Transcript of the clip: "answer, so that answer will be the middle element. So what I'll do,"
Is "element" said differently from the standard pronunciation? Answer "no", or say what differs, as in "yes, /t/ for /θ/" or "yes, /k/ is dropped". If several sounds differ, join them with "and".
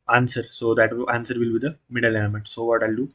yes, /n/ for /l/